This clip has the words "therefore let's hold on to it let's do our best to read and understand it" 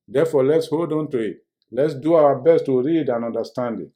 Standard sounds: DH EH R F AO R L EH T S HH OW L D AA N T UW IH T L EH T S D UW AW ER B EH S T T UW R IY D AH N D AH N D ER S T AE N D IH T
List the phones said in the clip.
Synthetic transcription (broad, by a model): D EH F AO L EH T S HH OW L D AA N T UW IH T L EH T S D UW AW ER B EH S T T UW R IY D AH N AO N D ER S T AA N D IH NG